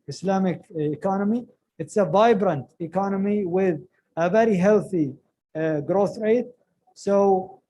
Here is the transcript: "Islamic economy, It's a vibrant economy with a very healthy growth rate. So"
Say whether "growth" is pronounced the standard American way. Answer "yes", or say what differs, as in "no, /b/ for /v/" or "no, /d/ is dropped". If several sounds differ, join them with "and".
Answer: yes